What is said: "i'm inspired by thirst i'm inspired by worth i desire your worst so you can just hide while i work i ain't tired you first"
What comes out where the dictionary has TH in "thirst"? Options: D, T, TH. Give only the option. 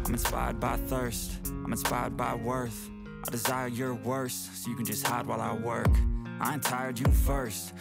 TH